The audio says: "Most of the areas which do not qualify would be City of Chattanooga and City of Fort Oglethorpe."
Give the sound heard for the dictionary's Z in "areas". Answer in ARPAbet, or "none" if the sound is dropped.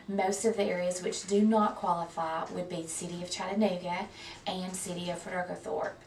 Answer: Z